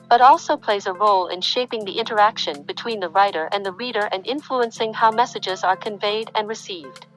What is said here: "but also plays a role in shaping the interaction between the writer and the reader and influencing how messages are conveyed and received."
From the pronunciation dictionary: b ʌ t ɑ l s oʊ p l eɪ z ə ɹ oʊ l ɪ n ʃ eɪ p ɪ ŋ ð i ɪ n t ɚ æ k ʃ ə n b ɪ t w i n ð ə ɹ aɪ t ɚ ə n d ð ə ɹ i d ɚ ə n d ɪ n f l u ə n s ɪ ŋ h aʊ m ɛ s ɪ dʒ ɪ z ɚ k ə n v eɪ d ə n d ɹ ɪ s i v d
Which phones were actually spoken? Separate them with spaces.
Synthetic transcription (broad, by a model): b ʌ t ɑ l s oʊ p l eɪ z ə ɹ oʊ l ɪ n ʃ eɪ p ɪ ŋ ð i ɪ n t ɚ æ k ʃ ə n b ɪ t w i n ð ə ɹ aɪ t ɚ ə n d ð ə ɹ i d ɚ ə n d ɪ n f l u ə n s ɪ ŋ h aʊ m ɛ s ɪ dʒ ɪ z ɚ k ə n v eɪ d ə n ɹ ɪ s i v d